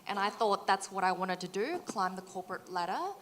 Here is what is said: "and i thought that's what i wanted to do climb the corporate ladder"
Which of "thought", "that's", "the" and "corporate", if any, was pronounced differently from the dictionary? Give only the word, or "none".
none